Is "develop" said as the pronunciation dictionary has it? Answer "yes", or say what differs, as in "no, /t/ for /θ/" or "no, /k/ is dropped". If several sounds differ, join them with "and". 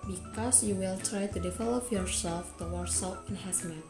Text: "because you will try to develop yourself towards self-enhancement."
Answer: no, /f/ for /p/